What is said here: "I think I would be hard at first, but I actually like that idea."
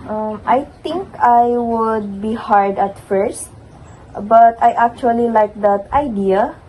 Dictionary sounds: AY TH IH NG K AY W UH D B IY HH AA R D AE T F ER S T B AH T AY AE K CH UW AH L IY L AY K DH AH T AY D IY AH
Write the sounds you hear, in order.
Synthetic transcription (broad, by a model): AY T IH NG K AY W UH D B IY HH AA R D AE T F ER S T B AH T AY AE K CH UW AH L IY L AY K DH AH T AY D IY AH